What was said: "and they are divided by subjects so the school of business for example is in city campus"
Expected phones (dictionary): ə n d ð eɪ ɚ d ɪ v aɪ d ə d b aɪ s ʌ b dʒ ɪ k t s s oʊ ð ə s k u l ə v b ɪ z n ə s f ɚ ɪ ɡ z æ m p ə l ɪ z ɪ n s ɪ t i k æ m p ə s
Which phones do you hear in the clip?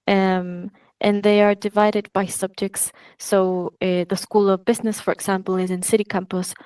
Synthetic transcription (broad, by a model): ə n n ð eɪ ɚ d ɪ v aɪ d ə d b aɪ s ʌ b dʒ ɪ k t s s oʊ ð ə s k u l ə v b ɪ z n ə s f ɚ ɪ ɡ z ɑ m p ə l ɪ z ɪ n s ɪ t i k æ m p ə s